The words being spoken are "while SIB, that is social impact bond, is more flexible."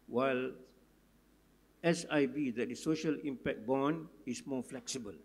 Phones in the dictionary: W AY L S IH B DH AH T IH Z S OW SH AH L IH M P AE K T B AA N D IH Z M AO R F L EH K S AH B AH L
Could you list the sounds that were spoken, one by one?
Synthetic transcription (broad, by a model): W AY L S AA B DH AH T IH S OW SH AH L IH M P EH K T B AA N IH S M AO F L EH K S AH B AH L